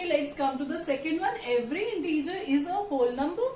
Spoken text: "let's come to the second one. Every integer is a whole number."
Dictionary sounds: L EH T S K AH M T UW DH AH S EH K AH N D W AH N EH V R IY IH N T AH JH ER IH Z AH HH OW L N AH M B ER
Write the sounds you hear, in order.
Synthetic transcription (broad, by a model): L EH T S K AH M T UW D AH S EH K AH N D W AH N EH V R IY IH N T AH JH ER IH Z AH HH OW L N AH M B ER